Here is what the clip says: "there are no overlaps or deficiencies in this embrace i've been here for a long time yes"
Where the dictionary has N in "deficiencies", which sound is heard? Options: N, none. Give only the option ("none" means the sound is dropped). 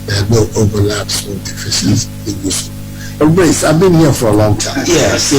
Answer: none